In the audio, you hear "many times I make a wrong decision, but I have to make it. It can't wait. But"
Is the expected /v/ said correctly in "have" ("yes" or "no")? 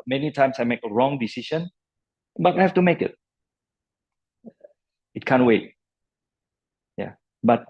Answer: no